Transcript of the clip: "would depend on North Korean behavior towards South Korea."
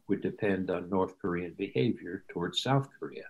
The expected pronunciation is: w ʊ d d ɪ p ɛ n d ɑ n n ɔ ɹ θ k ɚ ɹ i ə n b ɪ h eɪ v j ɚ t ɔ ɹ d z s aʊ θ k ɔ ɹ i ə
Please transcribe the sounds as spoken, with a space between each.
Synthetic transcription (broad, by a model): w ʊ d d ɪ p ɛ n d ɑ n n ɔ ɹ θ k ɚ ɹ i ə n b ɪ h eɪ v j ɚ t ɔ ɹ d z s aʊ θ k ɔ ɹ i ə